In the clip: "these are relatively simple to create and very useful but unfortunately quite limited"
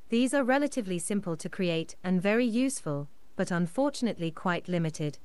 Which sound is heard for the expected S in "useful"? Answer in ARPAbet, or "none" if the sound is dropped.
S